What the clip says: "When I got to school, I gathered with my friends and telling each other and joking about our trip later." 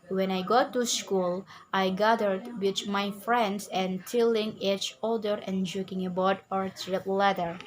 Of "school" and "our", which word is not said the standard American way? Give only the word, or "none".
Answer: none